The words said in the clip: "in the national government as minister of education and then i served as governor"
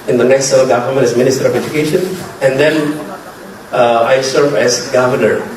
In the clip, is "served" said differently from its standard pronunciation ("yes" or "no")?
yes